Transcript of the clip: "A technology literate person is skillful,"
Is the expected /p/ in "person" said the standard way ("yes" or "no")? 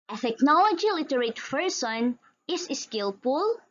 no